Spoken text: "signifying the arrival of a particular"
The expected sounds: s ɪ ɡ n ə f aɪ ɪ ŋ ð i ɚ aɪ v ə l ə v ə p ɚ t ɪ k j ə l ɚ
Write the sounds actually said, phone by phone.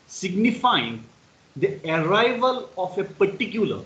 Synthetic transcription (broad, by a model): s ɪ ɡ n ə f aɪ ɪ ŋ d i ɚ aɪ v ə l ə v ə p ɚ t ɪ k j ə l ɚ